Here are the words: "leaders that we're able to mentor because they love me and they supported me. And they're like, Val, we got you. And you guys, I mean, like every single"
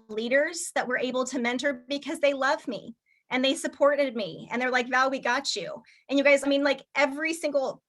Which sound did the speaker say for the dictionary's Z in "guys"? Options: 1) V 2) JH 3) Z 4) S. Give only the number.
3